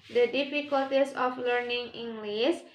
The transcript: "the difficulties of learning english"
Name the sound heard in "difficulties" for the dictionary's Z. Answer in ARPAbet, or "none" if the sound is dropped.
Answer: S